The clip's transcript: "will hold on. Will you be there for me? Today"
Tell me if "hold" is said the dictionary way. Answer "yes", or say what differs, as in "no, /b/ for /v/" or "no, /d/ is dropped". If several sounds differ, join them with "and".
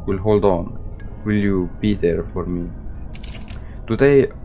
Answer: yes